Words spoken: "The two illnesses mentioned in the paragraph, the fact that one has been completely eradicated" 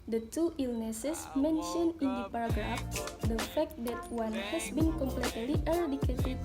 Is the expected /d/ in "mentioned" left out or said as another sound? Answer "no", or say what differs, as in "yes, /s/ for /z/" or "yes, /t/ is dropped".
yes, /d/ is dropped